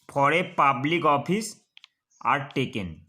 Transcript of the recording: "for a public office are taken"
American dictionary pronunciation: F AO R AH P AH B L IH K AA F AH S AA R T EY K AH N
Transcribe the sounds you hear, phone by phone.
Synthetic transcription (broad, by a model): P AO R AH P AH B L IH K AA P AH S AA R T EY K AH N